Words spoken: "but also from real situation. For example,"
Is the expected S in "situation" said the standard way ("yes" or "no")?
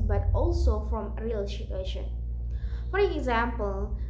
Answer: no